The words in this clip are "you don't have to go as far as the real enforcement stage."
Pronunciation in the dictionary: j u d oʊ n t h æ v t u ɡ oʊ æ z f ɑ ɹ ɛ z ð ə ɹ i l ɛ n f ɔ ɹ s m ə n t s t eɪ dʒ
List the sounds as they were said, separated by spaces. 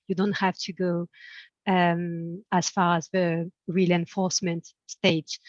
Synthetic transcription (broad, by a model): j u d oʊ n t h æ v t u ɡ oʊ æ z f ɑ ɹ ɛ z ð ə ɹ i l ɛ n f ɔ ɹ s m ə n t s t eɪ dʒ